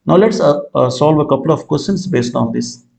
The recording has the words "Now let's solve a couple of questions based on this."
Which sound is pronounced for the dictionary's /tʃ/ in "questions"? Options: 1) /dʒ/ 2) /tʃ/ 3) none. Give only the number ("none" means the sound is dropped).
3